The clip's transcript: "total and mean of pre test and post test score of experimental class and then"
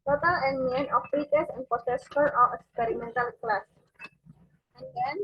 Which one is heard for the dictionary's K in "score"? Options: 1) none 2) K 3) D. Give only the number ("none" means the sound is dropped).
1